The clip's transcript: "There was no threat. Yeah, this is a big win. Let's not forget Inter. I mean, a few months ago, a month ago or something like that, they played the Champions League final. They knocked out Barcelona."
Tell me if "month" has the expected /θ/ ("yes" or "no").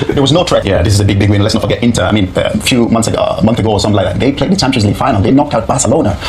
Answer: yes